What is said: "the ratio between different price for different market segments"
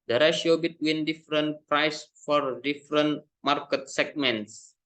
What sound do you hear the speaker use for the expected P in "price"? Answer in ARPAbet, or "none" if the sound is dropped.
P